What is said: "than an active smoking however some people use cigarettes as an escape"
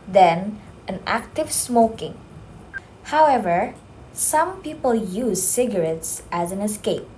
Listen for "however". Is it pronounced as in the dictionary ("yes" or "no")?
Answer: yes